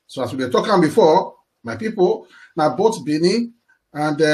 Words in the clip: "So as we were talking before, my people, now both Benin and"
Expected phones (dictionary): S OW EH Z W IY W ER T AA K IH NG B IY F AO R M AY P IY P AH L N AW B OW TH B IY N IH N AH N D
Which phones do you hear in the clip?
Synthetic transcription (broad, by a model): S OW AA S W IY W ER T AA K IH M B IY F AO M AY P IY P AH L N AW B OW T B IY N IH AH N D